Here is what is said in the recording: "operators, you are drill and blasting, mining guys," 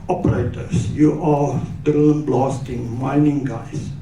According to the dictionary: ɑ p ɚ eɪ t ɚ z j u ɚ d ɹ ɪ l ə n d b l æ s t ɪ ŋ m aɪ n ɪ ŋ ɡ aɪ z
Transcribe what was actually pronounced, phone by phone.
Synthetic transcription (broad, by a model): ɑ p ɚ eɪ t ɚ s j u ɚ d ʌ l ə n b l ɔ s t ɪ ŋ m aɪ n ɪ ŋ ɡ aɪ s